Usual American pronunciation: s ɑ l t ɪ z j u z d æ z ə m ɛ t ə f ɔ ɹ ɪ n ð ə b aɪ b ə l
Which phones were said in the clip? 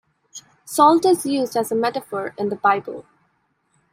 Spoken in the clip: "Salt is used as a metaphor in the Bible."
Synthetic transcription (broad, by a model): s ɑ l t ɪ z j u z d æ z ə m ɛ t ə f ɔ ɹ ɪ n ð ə b aɪ b ə l